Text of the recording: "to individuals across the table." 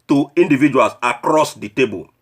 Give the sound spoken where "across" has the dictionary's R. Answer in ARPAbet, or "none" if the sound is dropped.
R